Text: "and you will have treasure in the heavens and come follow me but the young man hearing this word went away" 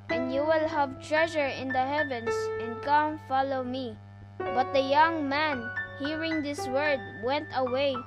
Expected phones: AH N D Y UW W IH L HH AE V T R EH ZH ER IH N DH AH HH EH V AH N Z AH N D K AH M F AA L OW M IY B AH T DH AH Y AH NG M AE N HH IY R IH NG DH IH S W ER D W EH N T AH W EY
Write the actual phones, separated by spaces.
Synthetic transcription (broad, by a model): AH N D Y UW W IH L HH AE V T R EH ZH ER IH N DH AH HH EH V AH N S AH N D K AH M F AA L OW M IY B AH T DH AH Y AH NG M AE N HH IY R IH NG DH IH S W ER D W EH N T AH W EY